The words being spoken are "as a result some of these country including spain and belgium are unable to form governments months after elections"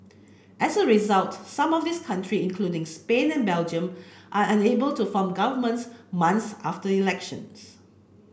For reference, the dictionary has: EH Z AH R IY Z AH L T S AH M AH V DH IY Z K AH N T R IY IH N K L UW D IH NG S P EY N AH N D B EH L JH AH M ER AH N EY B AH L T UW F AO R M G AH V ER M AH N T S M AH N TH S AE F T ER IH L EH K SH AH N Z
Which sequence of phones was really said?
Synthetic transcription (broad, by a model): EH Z AH R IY Z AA L T S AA M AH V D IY S K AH N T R IY IH N K L UW D IH NG S P EY N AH N B EH L JH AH M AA AH N EY B AH L T UW F AO M G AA V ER M AH N T S M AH N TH S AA F T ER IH L EH K SH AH N S